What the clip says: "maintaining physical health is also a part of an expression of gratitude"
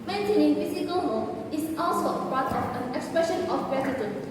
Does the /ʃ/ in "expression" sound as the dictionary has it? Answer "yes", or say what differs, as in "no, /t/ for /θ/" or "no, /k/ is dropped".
yes